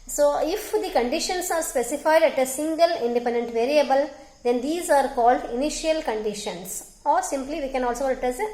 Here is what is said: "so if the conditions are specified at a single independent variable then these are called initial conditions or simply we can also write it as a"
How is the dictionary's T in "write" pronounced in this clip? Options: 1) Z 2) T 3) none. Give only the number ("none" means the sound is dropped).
3